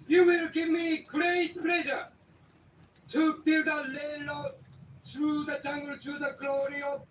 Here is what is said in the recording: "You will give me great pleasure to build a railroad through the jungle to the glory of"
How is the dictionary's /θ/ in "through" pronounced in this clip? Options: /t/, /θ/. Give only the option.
/t/